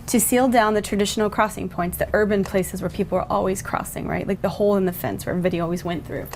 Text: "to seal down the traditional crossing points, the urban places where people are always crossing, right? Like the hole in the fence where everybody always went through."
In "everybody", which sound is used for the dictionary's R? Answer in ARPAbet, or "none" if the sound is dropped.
none